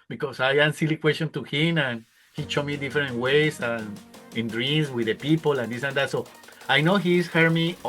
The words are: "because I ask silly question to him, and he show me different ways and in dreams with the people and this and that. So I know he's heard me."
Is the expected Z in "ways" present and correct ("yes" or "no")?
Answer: no